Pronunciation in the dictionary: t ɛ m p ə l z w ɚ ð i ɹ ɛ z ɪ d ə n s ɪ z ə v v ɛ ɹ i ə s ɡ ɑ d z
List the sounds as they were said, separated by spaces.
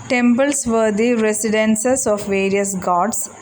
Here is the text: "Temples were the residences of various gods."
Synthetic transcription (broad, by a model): t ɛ m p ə l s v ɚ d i ɹ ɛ s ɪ d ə n s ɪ s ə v v ɛ ɹ i ə s ɡ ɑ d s